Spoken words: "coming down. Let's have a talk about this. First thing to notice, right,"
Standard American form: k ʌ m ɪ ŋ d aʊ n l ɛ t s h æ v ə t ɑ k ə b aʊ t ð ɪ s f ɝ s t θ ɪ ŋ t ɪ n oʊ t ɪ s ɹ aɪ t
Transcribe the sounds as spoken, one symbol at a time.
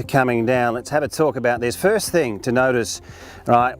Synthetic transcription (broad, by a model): k ʌ m ɪ ŋ d aʊ n l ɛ t s h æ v ə t ɑ k ə b aʊ t ð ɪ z f ɝ s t θ ɪ ŋ t ɪ n oʊ t ɪ s ɹ aɪ t